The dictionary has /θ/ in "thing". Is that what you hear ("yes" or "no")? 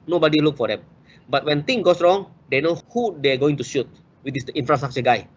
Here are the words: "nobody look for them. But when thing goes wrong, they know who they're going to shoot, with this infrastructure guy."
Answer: no